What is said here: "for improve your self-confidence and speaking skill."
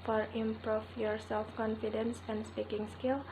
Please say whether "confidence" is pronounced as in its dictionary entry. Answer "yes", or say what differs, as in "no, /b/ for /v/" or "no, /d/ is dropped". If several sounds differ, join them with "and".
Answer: yes